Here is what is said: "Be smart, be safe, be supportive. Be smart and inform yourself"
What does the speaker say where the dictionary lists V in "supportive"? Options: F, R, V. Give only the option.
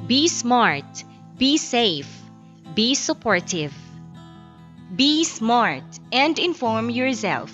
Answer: V